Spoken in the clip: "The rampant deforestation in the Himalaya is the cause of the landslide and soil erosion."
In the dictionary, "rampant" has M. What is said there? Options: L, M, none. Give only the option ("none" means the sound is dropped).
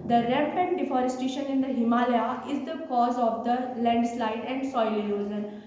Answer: none